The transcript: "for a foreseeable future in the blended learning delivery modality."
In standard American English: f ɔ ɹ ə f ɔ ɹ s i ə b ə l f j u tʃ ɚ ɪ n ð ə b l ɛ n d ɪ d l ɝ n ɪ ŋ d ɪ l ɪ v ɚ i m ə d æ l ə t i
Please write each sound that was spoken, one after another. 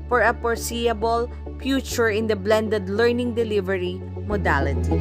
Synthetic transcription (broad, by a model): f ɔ ɹ ə p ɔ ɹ s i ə b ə l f j u tʃ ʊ ɪ n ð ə b l ɛ n d ɪ d l ɝ n ɪ ŋ d ɪ l ɪ v ɚ i m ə d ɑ l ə t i